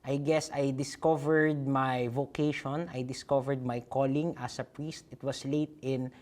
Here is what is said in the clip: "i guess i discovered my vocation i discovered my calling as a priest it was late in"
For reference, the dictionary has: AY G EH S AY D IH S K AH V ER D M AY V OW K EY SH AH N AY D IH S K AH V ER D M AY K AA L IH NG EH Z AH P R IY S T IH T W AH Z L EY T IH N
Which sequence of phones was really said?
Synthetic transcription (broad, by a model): AY G EH S AY D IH S K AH V ER D M AY V OW K EY SH AH N AY D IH S K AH V ER D M AY K AA L IH NG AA S AH P R IY S T IH T W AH S L EY T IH N